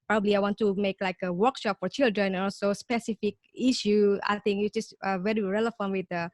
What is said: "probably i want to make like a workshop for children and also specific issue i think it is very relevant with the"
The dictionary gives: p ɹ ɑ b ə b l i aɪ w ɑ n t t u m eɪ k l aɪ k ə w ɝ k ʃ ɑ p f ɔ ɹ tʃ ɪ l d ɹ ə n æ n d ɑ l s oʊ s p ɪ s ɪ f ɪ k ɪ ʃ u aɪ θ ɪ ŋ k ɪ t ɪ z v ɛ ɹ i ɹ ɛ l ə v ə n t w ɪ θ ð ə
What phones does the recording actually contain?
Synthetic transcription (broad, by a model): p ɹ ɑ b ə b l i aɪ w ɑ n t t u m eɪ k l aɪ k ə w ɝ k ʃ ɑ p f ɔ ɹ tʃ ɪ l d ɹ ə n n ɑ l s oʊ s p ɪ s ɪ f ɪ k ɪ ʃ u aɪ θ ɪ ŋ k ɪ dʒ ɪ s v ɛ ɹ i ɹ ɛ l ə f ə n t w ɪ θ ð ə